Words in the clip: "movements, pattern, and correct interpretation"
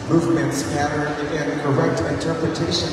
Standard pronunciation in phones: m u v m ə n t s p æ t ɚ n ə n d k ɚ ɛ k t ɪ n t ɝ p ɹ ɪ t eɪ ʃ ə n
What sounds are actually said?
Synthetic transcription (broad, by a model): m u v m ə n t s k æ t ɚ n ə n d k ɚ ɛ k t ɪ n t ɝ p ɹ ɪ t eɪ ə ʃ